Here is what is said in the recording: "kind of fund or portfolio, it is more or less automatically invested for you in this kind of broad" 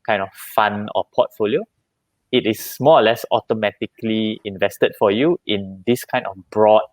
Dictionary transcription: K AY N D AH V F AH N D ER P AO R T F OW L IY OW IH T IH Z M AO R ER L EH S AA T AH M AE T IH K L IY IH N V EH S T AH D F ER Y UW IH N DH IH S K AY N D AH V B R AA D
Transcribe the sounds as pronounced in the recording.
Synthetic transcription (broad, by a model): K AY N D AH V F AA N AO P AO T F OW L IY OW IH T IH S M AO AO L EH S AA T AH M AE T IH K L IY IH N V EH S T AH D F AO Y UW IH N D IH S K AY N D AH F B R AA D